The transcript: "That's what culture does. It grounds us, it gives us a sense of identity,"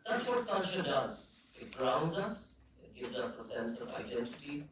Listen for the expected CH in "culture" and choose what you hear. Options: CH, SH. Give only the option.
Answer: SH